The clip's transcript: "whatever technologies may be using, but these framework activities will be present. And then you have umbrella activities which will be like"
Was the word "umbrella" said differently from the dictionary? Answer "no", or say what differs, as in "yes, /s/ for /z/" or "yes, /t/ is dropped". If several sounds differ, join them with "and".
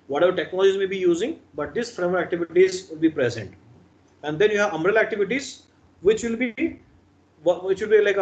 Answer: yes, /b/ is dropped